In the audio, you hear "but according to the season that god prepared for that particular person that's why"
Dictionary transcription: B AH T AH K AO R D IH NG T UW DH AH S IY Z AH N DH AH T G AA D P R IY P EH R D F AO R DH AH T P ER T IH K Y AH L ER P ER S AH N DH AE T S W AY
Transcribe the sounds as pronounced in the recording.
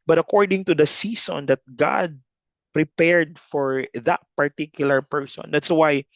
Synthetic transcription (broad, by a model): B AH T AH K AO R D IH NG T UW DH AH S IY S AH N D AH T G AA D P R IY P EH R D F AO R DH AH T P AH T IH K Y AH L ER P ER S AH N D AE T S W AY